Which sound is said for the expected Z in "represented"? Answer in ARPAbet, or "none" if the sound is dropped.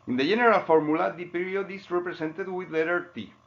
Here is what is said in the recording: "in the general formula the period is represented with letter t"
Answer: S